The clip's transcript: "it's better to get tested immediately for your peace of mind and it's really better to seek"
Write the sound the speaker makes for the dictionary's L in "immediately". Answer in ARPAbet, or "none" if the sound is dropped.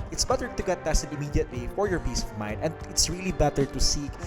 W